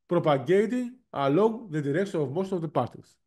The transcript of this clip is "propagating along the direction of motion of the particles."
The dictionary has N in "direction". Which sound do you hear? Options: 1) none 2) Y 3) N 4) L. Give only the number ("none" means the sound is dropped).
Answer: 1